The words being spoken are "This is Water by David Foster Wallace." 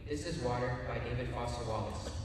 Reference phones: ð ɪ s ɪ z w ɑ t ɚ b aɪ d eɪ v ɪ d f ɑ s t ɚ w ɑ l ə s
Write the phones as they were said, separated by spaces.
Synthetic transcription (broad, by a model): ð ɪ s ɪ z w ɑ t ɚ b aɪ d eɪ v ɪ d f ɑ s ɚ w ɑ l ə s